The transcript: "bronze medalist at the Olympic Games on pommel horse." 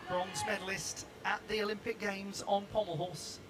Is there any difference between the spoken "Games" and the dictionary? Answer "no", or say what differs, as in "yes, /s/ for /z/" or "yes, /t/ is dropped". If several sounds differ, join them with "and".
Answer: no